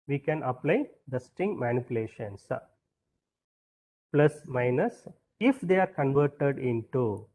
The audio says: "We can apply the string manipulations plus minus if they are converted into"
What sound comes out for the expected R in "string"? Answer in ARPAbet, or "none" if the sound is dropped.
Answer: none